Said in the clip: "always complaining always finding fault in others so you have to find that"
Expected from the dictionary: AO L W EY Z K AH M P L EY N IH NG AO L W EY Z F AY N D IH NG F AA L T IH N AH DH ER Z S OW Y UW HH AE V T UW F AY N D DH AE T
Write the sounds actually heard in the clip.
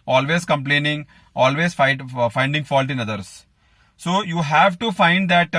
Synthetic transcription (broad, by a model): AO L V EY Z K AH M P L EY N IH NG AO L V EY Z F AY N D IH NG F AA L T IH N AH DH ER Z S OW Y UW HH AE V T UW F AY N D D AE T